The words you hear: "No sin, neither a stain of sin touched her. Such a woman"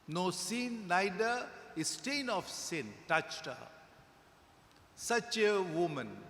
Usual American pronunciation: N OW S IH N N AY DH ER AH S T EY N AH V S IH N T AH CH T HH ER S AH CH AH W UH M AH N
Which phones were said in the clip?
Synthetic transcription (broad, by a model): N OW S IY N N AY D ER AH S T EY N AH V S IH N T AH CH T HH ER S AH CH AH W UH M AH N